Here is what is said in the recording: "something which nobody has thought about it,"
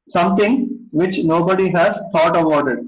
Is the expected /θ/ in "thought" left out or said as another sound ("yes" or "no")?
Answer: yes